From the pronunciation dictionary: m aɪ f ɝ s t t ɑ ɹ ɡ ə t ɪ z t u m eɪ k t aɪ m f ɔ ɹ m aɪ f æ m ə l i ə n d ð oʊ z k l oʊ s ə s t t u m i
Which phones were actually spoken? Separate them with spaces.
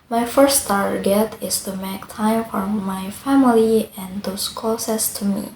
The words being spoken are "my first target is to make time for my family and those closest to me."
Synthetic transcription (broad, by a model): m aɪ f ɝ s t t ɑ ɹ ɡ ə t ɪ s t u m eɪ k t aɪ m f ɔ ɹ m aɪ f æ m ə l i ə n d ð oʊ s k oʊ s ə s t t u m i